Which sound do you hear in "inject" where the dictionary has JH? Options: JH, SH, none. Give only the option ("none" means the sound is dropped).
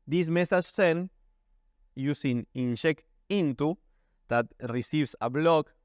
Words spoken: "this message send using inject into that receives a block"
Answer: SH